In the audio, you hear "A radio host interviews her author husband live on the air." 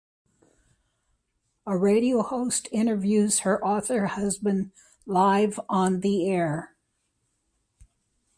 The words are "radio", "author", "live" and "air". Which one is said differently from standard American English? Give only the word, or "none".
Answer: none